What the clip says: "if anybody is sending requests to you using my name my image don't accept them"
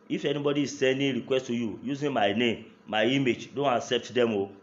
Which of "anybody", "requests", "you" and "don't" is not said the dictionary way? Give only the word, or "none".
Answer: none